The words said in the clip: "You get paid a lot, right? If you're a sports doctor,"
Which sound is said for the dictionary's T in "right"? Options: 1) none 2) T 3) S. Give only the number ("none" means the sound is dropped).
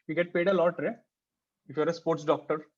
1